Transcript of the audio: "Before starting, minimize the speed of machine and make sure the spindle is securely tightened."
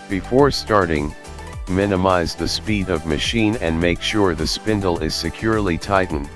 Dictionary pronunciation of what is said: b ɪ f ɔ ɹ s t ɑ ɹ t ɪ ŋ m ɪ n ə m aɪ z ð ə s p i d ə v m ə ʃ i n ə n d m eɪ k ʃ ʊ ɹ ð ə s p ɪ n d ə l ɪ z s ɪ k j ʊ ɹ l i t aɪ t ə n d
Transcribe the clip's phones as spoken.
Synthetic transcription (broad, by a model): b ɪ f ɔ ɹ s t ɑ ɹ t ɪ ŋ m ɪ n ə m aɪ z ð ə s p i d ə v m ə ʃ i n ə n m eɪ k ʃ ʊ ɹ ð ə s p ɪ n d l ɪ z s ɪ k j ʊ ɹ l i t aɪ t n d